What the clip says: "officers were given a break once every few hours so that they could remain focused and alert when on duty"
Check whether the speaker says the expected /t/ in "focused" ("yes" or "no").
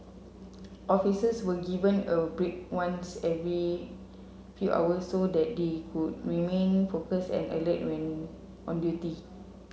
no